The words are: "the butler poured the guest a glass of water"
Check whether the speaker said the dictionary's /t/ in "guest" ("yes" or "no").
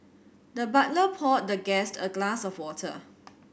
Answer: yes